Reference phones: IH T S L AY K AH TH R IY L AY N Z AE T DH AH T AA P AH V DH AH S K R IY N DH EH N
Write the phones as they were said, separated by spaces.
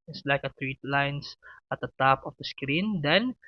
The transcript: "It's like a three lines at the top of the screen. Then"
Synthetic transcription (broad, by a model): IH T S L AY K AH T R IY L AY N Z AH T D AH T AA P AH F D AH S K R IY N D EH N